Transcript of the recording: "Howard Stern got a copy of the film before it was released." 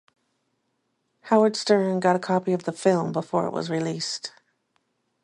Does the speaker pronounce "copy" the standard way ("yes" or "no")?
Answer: yes